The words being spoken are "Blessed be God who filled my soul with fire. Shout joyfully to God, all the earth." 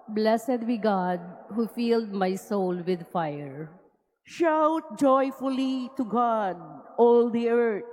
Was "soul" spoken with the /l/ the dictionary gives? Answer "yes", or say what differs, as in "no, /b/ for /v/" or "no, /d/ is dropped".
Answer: yes